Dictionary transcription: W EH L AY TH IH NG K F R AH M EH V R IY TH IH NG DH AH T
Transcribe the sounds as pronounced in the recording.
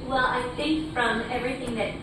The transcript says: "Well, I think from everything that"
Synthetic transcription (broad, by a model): W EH L AY TH IH NG K F R AH M EH V R IY TH IH NG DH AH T